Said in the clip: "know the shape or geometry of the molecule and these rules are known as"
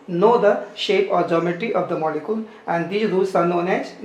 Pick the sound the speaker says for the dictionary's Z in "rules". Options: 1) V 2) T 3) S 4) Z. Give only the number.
3